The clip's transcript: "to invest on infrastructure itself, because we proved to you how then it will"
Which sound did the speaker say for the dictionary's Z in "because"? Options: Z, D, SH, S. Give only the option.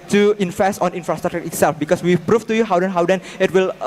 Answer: S